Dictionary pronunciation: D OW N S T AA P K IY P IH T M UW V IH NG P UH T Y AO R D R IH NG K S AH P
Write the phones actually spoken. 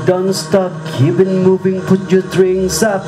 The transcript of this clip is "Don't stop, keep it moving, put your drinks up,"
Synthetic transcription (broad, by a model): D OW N S T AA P K IY P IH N M UW V IH NG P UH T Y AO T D R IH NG S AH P